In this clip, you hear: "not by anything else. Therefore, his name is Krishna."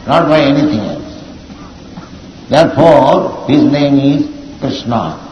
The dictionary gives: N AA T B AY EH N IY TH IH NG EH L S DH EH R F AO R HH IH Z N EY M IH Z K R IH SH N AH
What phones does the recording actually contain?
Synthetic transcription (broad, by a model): N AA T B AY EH N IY T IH NG EH L S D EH R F AO R HH IH Z N EY M IH Z K R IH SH N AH